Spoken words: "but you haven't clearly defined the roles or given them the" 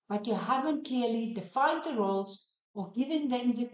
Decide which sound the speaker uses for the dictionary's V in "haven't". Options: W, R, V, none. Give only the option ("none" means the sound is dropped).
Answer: V